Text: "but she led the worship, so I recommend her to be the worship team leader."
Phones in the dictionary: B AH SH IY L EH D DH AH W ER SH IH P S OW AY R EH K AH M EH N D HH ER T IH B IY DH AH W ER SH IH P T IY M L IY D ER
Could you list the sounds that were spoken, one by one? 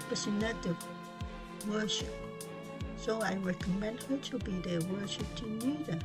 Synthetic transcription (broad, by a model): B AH S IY N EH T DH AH W ER SH IH P S OW AY R EH K AH M EH N D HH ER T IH B IY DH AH W ER SH IH P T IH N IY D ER